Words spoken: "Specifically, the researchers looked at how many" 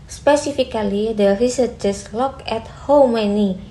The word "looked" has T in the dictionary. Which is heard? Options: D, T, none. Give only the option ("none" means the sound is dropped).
none